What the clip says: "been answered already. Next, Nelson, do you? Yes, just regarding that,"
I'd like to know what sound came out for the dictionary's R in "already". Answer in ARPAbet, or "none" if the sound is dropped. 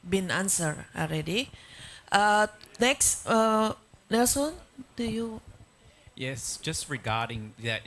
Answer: L